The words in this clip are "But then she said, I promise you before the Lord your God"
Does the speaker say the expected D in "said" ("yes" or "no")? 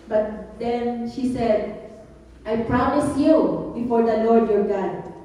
yes